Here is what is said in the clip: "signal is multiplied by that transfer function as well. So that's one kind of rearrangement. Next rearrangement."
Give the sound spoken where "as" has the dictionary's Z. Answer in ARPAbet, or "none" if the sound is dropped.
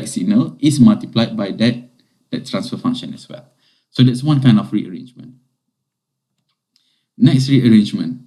S